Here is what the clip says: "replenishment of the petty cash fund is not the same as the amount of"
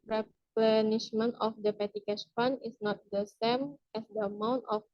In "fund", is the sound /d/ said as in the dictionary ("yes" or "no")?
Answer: no